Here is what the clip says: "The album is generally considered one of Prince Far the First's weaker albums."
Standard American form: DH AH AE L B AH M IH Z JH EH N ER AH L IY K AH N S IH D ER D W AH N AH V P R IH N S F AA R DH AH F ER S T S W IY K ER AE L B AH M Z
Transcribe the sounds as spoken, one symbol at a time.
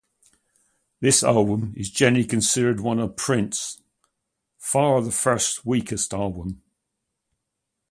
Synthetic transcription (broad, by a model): DH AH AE L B AH M IH Z JH EH N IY K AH N S IH D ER D W AH N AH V P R IH N S F AA R DH AH F ER S T W IY K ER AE L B AH M